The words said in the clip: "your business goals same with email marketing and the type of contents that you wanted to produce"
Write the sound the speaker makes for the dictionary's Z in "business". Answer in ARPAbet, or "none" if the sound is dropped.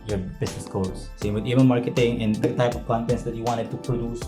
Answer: S